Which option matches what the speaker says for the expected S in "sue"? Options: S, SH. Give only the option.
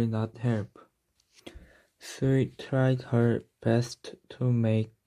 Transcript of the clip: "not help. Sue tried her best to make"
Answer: SH